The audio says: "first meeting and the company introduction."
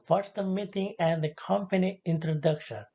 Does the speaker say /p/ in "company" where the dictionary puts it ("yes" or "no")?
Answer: no